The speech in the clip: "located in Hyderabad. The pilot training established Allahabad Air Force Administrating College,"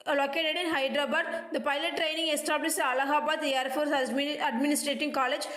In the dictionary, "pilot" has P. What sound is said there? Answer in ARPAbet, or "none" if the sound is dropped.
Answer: P